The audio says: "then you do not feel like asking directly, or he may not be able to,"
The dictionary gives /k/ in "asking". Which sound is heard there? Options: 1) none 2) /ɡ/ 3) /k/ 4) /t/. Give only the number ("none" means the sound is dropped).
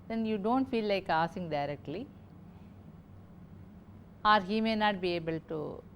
1